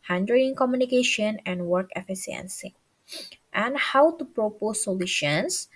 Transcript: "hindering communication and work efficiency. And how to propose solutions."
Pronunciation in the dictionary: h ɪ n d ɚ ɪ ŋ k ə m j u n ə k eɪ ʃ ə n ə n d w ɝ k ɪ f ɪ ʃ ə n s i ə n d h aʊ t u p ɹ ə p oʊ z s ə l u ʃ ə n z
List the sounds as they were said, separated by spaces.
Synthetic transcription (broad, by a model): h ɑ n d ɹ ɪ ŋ k ə m j u n ə k eɪ ʃ ə n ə n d w ɝ k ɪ f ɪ s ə n s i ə n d h aʊ t u p ɹ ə p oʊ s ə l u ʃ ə n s